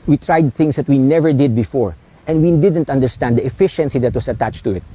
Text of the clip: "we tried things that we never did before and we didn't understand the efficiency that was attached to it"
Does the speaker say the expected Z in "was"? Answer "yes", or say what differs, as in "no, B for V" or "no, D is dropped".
no, S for Z